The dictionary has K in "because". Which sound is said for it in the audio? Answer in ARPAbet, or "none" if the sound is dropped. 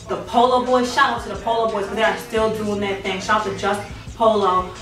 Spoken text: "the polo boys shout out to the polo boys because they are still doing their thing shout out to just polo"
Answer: none